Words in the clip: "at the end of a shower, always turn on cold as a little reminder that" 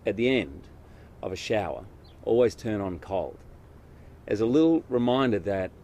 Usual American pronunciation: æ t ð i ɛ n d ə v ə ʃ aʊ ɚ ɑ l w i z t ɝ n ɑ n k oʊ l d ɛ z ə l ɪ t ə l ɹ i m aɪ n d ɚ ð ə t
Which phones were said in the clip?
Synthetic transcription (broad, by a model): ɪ t ð i ɛ n d ə v ə ʃ aʊ ɚ ɑ l w i z t ɝ n n k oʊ l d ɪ z ə l ɪ t l ɹ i m aɪ n d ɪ ð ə t